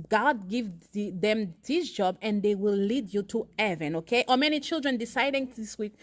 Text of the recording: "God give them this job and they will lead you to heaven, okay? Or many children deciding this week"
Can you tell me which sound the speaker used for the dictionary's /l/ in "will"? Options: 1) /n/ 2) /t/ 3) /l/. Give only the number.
3